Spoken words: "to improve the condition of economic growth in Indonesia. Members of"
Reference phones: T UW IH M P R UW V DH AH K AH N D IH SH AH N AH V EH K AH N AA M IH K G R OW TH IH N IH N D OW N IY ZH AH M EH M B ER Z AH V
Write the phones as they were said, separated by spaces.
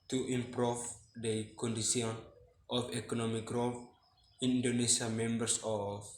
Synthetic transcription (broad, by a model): T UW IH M P R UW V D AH K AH N D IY S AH N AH F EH K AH N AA M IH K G R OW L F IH N D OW N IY S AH M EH M B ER S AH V